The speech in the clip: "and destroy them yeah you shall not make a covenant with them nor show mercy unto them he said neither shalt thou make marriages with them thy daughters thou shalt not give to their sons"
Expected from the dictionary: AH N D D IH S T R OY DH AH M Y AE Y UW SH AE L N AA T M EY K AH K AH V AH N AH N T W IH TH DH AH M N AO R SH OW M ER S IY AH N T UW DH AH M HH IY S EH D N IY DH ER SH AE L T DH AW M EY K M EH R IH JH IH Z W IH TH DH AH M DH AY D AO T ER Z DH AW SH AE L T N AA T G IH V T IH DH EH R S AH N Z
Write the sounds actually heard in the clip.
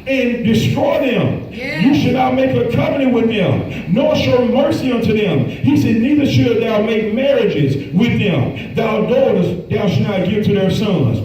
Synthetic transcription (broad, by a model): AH N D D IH S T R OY DH AH M Y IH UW SH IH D N AA T M EY K AH K AH P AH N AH W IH DH AH M N AO R SH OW M ER S IY AH N T UW DH AH M HH IY S EH D N IY DH ER SH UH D DH AW M EY K M EH R IH JH IH Z W IH DH AH M DH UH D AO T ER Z DH AW SH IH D N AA T G IH V T IH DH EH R S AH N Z